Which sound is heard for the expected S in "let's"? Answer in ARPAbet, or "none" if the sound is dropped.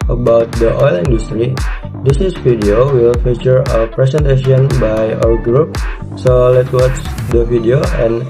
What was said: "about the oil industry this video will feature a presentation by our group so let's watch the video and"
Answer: none